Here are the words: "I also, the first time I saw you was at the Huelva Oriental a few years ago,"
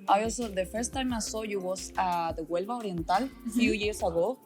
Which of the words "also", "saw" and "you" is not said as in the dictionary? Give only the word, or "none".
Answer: also